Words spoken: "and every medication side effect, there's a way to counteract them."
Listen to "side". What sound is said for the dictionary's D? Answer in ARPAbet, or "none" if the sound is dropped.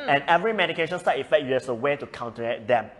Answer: none